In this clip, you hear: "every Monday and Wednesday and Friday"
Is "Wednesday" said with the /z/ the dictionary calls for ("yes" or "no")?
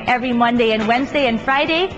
yes